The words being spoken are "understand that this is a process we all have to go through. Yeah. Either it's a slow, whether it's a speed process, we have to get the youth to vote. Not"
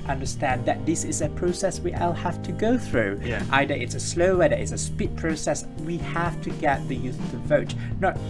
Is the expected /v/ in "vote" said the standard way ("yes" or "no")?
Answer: yes